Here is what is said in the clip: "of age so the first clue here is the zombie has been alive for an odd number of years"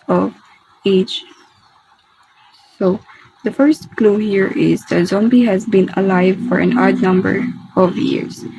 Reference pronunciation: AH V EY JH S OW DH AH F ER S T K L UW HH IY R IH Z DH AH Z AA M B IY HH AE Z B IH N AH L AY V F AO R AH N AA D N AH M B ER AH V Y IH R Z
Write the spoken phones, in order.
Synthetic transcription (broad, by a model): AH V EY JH S OW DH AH F ER S T K L UW HH IY R IH Z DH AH Z AA M B IY HH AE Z B IH N AH L AY V F AO R AH N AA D N AH M B ER AH V Y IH R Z